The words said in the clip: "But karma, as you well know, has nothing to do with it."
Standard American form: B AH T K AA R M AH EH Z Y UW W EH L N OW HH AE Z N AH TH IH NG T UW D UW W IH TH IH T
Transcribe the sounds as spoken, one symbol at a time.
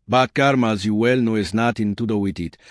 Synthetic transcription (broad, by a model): B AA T K AA R M AH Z Y UW W EH L N OW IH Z N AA T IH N T UW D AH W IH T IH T